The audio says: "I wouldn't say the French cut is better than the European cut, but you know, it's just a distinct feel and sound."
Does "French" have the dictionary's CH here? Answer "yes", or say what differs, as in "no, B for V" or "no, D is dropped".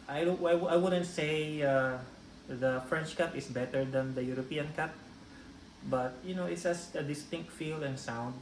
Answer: yes